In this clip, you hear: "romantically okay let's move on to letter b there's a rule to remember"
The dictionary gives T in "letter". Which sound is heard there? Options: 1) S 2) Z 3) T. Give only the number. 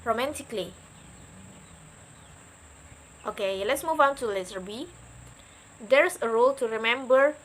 1